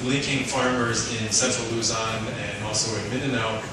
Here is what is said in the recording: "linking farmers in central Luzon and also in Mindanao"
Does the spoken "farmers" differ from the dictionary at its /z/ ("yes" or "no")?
no